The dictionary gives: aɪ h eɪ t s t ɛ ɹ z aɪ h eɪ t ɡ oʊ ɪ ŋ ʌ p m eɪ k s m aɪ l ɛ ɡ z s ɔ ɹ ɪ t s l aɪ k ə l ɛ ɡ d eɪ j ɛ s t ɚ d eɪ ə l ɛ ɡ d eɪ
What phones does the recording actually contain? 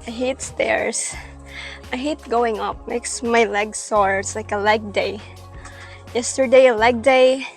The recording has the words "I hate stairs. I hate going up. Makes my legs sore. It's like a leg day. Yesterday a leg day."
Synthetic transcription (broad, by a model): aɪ h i t s t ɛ ɹ s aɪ h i t ɡ oʊ ɪ ŋ ʌ p m eɪ k s m aɪ l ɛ ɡ s ɔ ɹ ɪ t s l aɪ k ə l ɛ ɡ d eɪ j ɛ s t ɚ d eɪ ə l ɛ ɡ d eɪ